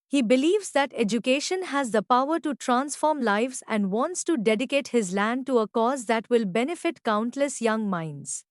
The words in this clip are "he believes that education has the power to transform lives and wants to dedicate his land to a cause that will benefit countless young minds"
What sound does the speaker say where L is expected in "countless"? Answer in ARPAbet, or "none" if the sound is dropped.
L